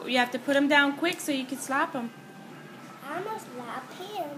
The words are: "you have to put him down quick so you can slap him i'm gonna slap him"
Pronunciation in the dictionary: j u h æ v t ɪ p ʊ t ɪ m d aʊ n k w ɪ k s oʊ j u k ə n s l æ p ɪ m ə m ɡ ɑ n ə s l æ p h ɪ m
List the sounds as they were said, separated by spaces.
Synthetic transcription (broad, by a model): j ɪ h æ f t ɪ p ʊ t ɪ m d aʊ n k w ɪ k s oʊ j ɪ k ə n s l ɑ p ɪ m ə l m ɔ ə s l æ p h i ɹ